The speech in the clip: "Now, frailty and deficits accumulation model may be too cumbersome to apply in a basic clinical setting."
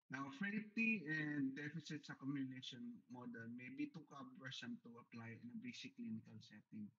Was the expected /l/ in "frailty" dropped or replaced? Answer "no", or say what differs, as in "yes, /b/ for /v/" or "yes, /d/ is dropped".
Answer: yes, /l/ is dropped